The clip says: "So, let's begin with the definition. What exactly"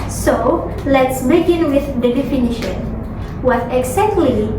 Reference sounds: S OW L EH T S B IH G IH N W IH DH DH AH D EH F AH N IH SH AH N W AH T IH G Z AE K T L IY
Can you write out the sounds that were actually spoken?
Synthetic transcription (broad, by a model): S OW L EH T S B IH G IH N W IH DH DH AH D EH F AH N IH SH AH N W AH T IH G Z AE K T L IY